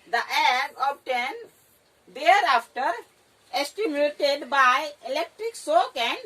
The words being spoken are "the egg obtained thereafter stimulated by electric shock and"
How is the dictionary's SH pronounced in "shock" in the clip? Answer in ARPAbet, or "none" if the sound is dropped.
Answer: S